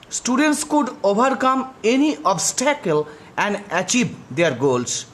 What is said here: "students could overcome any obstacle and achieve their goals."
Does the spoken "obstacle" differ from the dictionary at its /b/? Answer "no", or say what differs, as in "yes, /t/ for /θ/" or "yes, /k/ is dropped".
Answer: no